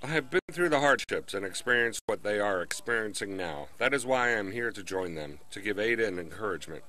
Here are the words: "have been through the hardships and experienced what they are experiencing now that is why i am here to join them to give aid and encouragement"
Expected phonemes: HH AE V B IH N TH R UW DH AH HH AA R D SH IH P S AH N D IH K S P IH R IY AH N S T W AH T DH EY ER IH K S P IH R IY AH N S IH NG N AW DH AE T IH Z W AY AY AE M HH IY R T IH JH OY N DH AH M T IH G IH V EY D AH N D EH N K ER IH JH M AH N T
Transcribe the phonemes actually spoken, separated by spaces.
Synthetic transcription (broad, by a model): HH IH V B IH N TH R UW DH AH HH AA R D SH IH P S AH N IH K S P IH R IY AH N S T W AH T DH EY ER IH K S P IH R IY AH N S IH NG N AW DH AE T IH Z W AY AY M HH IY R T IH JH OY N DH AH M T IH G IH V EY D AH N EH N K ER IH JH M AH N T